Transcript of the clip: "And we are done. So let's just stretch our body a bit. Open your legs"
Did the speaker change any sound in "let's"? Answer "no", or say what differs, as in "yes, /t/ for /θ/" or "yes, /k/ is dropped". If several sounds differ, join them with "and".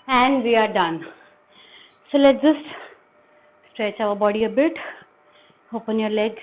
yes, /s/ is dropped